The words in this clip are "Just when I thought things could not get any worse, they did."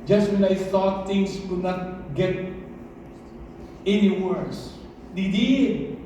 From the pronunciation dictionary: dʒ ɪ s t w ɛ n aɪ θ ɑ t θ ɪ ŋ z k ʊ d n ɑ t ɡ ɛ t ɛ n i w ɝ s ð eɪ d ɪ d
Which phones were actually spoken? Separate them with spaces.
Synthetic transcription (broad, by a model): dʒ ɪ s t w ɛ n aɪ t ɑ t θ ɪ ŋ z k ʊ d n ɑ t ɡ ɛ t ɛ n i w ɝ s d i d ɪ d